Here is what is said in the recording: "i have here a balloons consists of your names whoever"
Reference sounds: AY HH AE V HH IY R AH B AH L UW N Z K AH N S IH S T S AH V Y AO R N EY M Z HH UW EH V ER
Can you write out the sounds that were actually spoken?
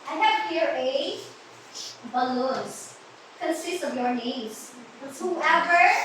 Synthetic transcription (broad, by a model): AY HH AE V HH IY R AH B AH L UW Z K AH N S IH S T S AH V Y AO R N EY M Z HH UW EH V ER